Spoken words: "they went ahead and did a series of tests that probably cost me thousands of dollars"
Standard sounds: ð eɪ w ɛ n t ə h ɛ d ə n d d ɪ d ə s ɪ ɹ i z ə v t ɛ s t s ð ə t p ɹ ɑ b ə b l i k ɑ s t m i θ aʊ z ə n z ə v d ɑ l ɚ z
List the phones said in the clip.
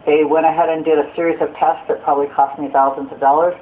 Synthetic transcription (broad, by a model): ð eɪ w ɛ t ə h ɛ d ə n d d ɪ d ə s ɪ ɹ i z ə v t ɛ s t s ð ə t p ɹ ɑ b ə b l i k ɑ s t m i θ aʊ z ə n z ə v d ɑ l ɚ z